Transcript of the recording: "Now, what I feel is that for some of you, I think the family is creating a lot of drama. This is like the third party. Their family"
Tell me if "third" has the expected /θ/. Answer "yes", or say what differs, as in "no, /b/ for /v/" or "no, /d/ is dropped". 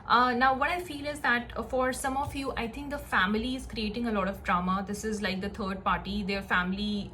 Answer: no, /t/ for /θ/